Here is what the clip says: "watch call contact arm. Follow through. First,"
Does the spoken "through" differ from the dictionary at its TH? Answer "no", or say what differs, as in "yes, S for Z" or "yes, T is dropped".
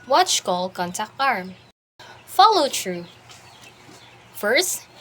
yes, T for TH